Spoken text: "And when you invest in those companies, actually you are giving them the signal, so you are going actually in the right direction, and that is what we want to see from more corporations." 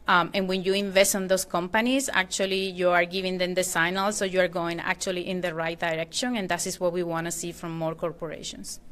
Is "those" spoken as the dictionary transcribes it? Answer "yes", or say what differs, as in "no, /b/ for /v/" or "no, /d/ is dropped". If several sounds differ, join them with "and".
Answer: no, /s/ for /z/